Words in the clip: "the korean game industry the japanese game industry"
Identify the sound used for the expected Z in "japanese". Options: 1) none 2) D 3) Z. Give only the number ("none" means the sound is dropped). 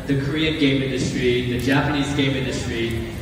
3